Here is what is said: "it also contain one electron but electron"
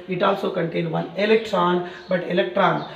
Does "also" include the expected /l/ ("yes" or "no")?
yes